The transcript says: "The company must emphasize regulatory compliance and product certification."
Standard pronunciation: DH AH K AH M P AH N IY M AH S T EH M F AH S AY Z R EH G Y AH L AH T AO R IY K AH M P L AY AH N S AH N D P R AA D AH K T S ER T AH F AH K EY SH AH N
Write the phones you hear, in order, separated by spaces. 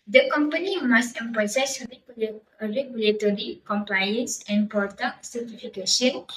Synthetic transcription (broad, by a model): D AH K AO M P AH N IY M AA S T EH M P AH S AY S R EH G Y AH L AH T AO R IY K AH M P L AY AH N S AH N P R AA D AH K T S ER T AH F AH K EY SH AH N